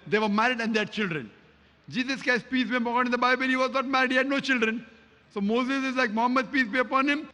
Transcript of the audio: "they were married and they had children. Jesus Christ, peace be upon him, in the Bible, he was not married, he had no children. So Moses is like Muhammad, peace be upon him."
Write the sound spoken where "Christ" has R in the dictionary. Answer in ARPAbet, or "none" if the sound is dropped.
none